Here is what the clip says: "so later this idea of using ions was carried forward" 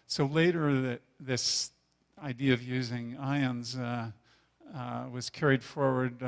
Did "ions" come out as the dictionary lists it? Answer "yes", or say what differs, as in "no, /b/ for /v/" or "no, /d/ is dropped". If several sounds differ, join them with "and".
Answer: yes